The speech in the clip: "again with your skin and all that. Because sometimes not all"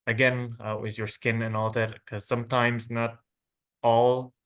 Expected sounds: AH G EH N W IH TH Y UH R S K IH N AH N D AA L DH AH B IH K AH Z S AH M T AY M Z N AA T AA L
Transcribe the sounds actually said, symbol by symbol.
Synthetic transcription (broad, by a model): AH G EH N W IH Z Y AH R S K IH N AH N AA L DH AH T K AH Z S AH M T AY M Z N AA T AA L